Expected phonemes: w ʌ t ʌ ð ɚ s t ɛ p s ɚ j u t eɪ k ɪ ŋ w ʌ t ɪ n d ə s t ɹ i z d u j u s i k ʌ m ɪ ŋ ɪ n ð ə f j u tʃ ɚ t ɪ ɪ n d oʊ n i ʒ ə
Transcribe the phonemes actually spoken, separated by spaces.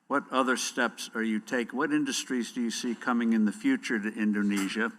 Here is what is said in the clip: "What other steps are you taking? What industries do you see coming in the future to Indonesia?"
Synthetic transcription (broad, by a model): w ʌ t ʌ ð ɚ s t ɛ p s ɚ j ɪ t eɪ ɪ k w ʌ t ɪ n d ə s t ɹ i z d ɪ j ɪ s i k ʌ m ɪ ŋ ɪ n ð ə f j u tʃ ɚ t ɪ ɪ n d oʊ n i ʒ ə